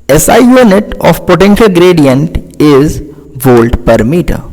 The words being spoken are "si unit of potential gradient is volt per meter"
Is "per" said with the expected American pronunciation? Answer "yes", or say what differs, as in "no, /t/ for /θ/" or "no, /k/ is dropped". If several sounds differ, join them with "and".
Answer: yes